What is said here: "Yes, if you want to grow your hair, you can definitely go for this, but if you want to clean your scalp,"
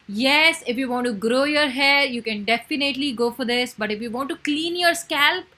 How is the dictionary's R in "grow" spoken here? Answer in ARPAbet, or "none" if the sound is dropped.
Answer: R